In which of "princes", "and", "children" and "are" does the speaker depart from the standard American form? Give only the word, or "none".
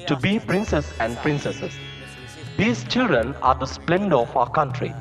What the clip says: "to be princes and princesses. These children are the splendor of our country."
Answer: princes